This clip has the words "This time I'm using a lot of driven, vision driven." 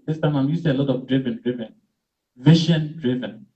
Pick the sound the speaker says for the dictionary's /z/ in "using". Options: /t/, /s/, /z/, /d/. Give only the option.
/s/